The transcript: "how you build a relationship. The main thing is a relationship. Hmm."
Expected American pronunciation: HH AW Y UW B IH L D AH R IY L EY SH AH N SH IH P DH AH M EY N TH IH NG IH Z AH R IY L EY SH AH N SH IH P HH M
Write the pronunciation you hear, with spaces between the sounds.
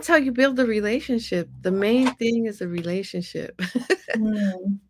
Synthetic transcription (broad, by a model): HH AW Y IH B IH L D AH R IY L EY SH AH N SH IH P DH AH M EY N TH IH NG IH Z AH R IY L EY SH AH N SH IH P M